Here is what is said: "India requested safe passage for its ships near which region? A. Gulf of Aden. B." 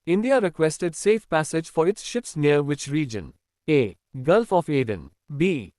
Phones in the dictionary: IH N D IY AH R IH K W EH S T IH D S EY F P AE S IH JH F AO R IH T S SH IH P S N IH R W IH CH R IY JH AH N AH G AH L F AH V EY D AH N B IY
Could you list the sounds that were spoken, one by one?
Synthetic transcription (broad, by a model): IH N D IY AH R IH K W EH S T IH D S EY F P AE S IH JH F AO R IH T S SH IH P S N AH R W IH CH R IY JH AH N AH G AH L F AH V EY D AH N B IY